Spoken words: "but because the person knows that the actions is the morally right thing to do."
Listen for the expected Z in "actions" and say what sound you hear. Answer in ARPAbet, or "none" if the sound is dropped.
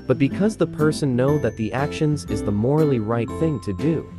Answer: Z